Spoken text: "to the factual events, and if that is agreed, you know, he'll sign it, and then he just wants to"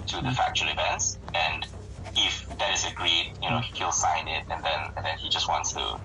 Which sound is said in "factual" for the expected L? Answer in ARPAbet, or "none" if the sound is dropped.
N